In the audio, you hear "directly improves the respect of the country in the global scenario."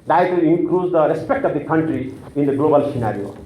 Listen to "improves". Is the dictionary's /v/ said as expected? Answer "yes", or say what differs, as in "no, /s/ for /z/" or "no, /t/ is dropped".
no, /v/ is dropped